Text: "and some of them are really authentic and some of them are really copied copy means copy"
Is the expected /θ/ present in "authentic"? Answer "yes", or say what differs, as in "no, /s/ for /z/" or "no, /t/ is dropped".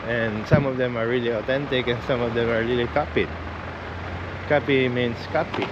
no, /t/ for /θ/